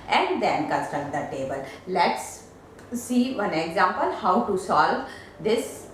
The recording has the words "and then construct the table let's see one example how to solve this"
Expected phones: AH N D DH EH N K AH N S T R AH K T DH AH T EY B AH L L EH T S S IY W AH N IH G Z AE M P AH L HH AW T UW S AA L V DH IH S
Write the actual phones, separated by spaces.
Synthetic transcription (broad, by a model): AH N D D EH N K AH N S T AH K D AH T EY B AH L L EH T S S IY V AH N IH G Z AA M P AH L HH AW T UW S AA L V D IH S